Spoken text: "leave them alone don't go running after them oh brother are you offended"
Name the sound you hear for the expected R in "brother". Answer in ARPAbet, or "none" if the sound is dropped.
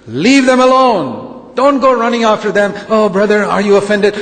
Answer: R